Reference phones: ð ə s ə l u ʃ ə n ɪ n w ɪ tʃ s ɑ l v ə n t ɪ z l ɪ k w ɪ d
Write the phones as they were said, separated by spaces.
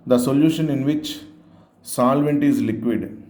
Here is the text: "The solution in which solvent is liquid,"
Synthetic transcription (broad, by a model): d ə s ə l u ʃ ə n ɪ n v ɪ tʃ s ɑ l v ə n t ɪ z l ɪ k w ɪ d